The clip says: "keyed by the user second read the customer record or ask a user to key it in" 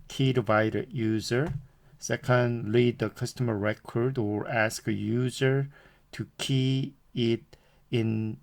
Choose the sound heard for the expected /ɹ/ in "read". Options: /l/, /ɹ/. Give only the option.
/l/